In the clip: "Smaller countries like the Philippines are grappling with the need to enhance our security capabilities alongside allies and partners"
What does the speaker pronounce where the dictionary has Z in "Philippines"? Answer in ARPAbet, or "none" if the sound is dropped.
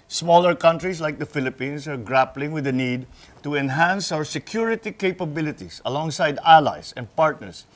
S